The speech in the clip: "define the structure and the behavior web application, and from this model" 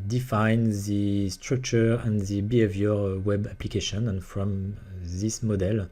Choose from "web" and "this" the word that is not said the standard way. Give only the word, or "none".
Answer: none